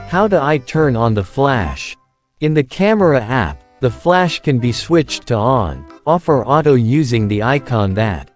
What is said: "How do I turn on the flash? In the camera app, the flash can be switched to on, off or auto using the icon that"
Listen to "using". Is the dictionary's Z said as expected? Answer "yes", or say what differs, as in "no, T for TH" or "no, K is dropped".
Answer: yes